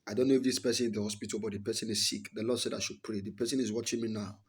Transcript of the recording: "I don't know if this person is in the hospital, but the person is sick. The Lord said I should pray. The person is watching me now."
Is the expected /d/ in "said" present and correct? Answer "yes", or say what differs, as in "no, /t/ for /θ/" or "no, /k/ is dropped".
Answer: yes